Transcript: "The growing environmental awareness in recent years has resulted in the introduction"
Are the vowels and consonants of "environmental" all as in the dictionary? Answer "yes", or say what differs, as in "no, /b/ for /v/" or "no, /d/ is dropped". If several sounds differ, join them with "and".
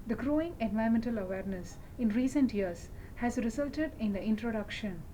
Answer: no, /ɹ/ is dropped and /n/ is dropped